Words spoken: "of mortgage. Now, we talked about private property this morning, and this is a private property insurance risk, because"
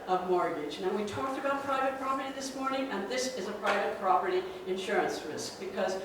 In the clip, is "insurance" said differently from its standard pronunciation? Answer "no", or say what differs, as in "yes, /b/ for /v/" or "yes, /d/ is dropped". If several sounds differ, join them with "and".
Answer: no